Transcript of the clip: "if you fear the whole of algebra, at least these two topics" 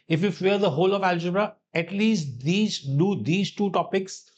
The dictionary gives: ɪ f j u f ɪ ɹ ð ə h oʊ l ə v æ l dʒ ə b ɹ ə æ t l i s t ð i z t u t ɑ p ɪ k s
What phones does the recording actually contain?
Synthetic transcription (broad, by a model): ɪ f j u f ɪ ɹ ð ə h oʊ l ə v æ l dʒ ə b ɹ ə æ t l i s t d i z t u t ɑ p ɪ k s